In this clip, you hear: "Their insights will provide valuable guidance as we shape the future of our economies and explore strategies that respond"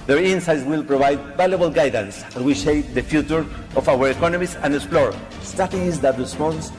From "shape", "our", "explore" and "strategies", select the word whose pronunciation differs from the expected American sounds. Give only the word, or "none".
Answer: strategies